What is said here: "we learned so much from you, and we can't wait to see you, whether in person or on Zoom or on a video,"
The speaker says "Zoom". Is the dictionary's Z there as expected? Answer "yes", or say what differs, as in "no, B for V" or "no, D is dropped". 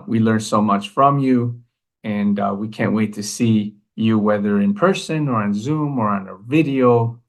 yes